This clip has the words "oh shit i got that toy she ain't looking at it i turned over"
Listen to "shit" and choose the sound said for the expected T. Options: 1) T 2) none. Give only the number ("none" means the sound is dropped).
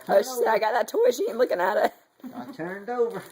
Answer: 2